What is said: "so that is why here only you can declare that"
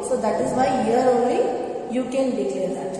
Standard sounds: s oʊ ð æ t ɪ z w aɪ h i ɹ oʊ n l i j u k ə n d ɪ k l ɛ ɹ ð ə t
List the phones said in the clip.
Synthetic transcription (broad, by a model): s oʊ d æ t ɪ z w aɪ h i ɹ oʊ l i j u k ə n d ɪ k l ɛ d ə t